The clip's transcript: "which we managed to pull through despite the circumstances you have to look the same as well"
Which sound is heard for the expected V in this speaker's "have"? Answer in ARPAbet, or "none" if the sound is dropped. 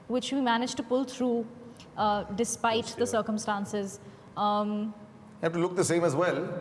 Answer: F